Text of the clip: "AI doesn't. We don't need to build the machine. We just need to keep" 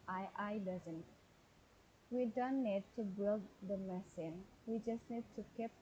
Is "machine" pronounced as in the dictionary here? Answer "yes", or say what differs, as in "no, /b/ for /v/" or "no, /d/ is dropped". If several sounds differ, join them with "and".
no, /s/ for /ʃ/